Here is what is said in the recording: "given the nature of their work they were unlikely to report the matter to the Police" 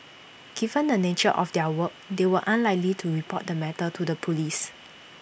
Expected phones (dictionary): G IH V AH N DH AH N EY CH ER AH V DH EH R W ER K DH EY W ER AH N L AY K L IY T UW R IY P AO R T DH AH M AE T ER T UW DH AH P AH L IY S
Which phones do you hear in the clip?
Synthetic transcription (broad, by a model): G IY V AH N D AH N EY CH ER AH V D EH W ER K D EY W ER AH N L AY K L IY T UW R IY P AO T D AH M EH T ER T UW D AH P AH L IY S